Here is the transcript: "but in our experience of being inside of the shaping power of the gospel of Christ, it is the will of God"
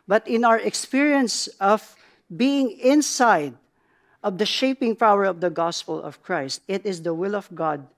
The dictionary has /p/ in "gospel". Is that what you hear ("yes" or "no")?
yes